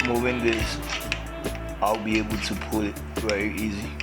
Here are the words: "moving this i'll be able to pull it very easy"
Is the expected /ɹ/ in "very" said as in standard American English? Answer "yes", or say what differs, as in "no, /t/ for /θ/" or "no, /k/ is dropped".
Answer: no, /ɹ/ is dropped